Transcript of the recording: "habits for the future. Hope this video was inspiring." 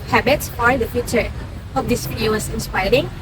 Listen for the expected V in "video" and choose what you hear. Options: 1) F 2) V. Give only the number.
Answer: 1